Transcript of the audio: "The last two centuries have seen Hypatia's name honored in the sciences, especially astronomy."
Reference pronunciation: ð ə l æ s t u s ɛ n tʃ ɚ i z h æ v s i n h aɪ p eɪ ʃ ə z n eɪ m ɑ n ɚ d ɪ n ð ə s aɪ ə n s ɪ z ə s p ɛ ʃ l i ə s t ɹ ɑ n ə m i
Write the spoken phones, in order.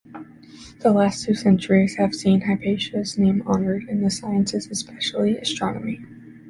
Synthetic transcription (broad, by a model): ð ə l æ s t u s ɛ n tʃ ɚ i z h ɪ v s i n h aɪ p eɪ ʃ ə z n eɪ m ɑ n ɚ d ɪ n ð ə s aɪ ə n s ɪ z ə s p ɛ ʃ l i ə s t ɹ ɑ n ə m i